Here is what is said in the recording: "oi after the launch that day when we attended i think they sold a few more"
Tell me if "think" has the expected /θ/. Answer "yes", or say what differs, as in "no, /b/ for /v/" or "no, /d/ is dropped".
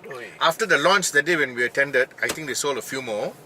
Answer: no, /t/ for /θ/